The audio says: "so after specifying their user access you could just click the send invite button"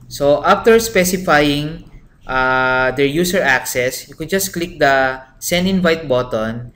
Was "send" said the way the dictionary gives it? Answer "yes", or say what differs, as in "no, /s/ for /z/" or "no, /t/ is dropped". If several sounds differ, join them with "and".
no, /d/ is dropped